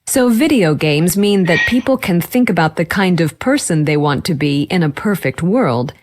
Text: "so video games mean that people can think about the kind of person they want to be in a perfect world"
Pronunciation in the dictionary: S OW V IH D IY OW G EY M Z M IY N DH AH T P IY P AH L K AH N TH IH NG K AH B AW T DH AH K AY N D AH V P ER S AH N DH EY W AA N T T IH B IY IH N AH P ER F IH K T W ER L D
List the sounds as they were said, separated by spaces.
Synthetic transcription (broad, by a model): S OW V IH D IY OW G EY M Z M IY N DH AH T P IY P L K AH N TH IH NG K AH B AW T DH AH K AY N D AH V P ER S AH N DH EY W AA N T T IH B IY IH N AH P ER F IH K T W ER L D